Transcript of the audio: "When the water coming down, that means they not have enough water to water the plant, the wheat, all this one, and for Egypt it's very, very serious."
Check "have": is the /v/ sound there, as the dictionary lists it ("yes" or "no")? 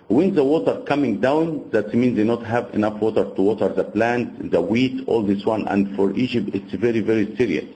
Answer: yes